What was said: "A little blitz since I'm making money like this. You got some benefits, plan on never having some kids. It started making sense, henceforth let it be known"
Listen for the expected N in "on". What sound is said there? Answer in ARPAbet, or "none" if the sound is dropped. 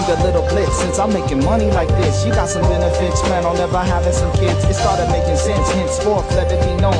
L